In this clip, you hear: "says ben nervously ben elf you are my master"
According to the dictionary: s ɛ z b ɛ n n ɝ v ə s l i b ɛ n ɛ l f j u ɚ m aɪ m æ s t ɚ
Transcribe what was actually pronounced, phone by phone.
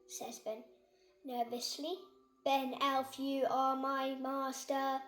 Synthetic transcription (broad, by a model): s ɛ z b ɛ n n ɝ v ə s l i b ɛ n ɛ l f j u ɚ m aɪ m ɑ s t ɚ